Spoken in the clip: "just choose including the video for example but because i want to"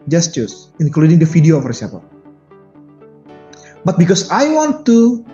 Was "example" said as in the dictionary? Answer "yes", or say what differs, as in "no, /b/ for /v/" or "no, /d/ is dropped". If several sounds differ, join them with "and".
no, /m/ is dropped